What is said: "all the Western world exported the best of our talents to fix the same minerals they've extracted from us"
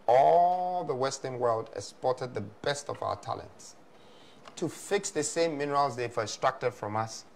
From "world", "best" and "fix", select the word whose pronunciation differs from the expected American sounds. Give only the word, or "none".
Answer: none